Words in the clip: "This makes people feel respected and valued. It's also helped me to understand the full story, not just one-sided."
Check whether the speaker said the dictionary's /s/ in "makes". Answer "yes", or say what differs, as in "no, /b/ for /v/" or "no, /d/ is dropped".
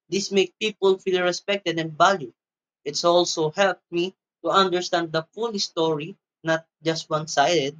no, /s/ is dropped